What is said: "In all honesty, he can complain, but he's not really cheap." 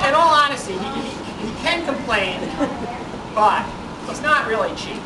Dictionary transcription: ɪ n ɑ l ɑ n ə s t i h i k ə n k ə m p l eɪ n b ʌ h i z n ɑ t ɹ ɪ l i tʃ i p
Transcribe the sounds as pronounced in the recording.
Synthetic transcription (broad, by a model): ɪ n ɑ l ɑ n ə s t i h i k ə n k ə m p l eɪ n b ʌ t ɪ s n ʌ t ɹ ɪ l i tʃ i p